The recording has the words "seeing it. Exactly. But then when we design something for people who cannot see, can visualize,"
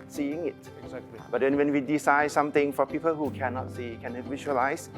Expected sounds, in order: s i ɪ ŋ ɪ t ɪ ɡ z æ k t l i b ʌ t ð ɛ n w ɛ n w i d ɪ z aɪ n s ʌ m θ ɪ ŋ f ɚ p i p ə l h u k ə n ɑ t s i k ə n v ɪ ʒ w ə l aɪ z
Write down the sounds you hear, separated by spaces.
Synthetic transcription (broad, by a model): s i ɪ ŋ ɪ t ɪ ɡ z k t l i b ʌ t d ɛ n w ɛ n w i d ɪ s aɪ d s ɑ m t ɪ ŋ f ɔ p i p ə l h u k ə n ɑ t s i k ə n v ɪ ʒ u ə l aɪ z